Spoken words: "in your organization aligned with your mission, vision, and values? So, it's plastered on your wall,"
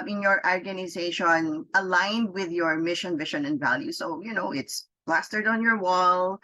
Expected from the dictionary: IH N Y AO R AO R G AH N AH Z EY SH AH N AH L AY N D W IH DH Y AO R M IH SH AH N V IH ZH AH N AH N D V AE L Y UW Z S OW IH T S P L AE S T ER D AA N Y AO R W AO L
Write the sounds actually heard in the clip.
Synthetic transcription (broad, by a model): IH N Y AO R AO R G AH N AH Z EY SH AH N AH L AY N D W IH DH Y AO R M IH SH AH N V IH SH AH N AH N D V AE L Y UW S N OW IH T S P L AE S T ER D AA N Y AO R W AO L